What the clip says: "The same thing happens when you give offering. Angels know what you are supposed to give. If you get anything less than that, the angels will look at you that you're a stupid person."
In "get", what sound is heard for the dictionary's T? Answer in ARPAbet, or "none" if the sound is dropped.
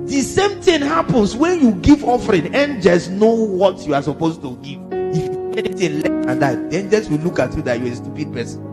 none